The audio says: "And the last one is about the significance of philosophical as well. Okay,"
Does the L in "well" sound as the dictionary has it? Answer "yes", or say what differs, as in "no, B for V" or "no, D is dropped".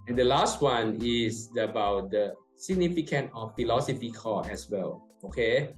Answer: yes